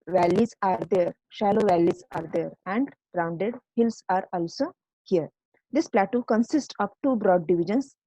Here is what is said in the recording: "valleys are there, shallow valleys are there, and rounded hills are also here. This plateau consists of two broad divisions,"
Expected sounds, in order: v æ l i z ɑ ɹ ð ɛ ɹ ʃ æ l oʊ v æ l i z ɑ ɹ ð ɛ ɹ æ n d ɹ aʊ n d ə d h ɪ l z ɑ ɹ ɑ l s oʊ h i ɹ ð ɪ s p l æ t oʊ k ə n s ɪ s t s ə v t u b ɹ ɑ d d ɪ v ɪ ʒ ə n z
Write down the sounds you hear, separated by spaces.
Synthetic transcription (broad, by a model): v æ l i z ɑ ɹ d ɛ ɹ ʃ æ l oʊ v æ l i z ɑ ɹ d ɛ ɹ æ n d ɹ aʊ n d ə d h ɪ l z ɑ ɹ ɑ l s oʊ h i ɹ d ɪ s p l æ t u k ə n s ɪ s t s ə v t u b ɹ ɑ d d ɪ v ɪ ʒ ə n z